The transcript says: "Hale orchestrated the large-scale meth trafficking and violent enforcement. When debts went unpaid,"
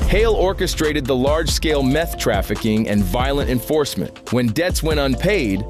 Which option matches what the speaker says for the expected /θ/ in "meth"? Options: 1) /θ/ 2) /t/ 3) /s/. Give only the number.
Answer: 1